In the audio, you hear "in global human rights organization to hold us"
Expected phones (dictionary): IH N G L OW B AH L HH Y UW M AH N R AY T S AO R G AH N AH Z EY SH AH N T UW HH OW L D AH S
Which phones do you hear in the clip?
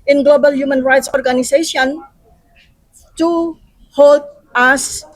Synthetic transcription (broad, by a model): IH N G L OW B AH L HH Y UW M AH N R AY T S AO R G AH N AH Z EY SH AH N T UW HH OW L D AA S